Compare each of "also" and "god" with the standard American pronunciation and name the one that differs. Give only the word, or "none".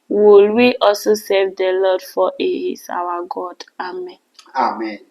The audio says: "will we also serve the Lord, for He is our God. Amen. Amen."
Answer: also